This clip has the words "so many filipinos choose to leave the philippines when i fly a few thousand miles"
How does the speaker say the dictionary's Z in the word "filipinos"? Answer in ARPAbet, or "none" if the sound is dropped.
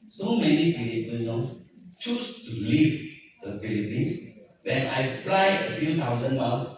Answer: none